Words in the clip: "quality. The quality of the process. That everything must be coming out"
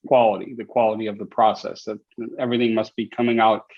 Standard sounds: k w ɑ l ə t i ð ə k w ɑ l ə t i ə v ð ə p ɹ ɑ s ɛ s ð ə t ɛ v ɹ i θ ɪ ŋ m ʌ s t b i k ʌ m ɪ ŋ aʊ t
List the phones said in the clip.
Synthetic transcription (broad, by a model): k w ɑ l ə t i ð ə k w ɑ l ə t i ə v ð ə p ɹ ɑ s ɛ s ð ə t ɛ v ɹ i θ ɪ ŋ m ʌ s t b i k ʌ m ɪ ŋ aʊ t